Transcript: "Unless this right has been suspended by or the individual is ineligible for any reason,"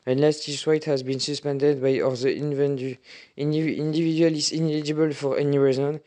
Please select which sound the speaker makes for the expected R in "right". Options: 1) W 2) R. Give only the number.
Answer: 1